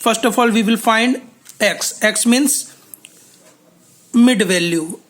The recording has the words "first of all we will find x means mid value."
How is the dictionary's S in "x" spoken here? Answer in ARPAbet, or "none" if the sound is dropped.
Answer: S